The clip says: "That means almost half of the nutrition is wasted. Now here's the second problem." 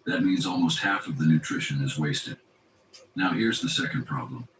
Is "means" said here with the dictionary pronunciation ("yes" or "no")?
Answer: yes